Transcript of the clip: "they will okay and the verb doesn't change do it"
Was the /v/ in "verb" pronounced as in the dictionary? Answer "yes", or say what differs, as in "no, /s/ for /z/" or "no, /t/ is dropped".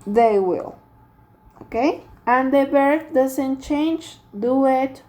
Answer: no, /b/ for /v/